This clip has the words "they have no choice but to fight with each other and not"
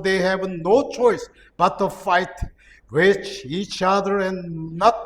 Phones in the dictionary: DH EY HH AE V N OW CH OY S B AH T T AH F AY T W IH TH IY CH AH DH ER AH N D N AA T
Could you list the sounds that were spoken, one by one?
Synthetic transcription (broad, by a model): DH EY HH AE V N OW CH OY S B AH T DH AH F AY T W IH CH IY CH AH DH ER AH N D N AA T